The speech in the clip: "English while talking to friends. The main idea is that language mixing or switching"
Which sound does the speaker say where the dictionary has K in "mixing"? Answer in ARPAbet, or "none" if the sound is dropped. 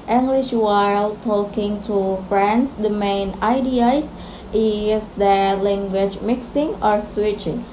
K